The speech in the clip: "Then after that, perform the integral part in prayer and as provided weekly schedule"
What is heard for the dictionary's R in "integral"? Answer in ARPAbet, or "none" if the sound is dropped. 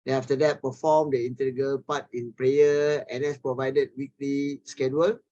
none